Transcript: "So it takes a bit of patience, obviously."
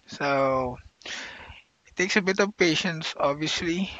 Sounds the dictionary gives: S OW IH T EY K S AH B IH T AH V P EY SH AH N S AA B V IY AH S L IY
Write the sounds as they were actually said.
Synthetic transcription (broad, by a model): S OW IH T EY K S AH B IH T AH V P EY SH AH N S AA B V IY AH S L IY